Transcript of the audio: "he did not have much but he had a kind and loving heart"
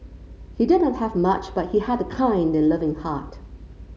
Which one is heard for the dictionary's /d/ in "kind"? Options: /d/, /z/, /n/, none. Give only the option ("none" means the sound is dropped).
/d/